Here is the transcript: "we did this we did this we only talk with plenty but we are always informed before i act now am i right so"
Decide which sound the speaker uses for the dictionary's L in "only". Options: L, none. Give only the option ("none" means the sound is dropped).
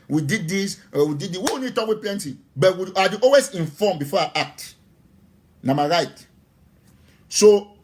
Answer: none